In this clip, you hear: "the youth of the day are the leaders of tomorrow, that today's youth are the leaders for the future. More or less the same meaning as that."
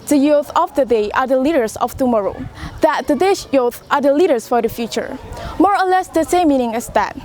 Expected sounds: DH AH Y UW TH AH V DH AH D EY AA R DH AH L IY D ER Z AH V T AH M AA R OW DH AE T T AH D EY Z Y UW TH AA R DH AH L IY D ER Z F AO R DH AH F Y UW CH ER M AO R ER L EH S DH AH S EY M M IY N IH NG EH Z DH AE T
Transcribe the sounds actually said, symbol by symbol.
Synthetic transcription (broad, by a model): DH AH Y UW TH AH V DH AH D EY AA R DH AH L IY D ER S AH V T AH M AA R OW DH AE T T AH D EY S Y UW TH AA R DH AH L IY D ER S F AO R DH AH F Y UW CH ER M AO R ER L EH S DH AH S EY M M IY N IH NG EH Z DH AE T